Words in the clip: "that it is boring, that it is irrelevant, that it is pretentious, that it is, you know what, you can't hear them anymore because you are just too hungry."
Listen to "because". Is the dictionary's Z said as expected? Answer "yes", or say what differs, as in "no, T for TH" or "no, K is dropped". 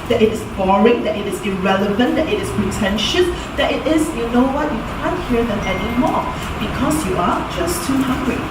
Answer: no, S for Z